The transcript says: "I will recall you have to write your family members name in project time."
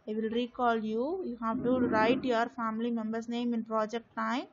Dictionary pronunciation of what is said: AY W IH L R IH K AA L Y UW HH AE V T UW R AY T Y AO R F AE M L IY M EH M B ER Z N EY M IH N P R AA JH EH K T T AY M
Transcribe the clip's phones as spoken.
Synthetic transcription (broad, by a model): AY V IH L R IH K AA L Y UW HH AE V T UW R AY T Y AO R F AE M L IY M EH M B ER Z N EY M IH N P R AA JH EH K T T AY M